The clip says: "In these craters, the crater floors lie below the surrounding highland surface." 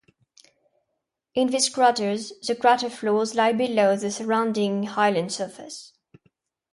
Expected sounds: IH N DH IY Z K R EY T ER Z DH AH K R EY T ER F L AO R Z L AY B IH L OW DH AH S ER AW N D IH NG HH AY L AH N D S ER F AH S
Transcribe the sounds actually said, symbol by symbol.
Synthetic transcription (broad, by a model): IH N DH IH S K R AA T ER Z DH AH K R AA T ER F L AO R Z L AY B IH L OW DH AH S ER AW N D IH NG HH AY L AH N D S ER F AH S